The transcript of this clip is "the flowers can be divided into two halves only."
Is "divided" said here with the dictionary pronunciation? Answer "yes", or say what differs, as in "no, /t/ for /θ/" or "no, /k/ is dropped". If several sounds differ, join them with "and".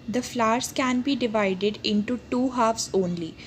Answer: yes